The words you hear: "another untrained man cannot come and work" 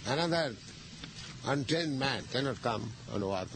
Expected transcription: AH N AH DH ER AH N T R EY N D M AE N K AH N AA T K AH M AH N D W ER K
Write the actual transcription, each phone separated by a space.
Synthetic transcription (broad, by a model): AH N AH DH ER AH N T EY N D M AE N K AH N AA T K AH M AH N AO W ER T